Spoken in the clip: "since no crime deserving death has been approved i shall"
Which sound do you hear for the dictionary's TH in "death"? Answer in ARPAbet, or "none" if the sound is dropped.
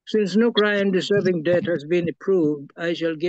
T